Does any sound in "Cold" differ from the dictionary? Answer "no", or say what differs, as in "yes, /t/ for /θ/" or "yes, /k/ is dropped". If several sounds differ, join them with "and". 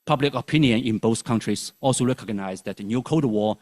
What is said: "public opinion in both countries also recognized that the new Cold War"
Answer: yes, /l/ is dropped